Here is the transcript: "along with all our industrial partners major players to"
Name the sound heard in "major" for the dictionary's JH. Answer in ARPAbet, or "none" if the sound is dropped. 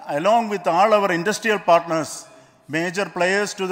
JH